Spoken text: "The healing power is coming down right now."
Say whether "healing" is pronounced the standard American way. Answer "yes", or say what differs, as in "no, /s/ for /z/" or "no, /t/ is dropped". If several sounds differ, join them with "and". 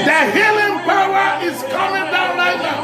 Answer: yes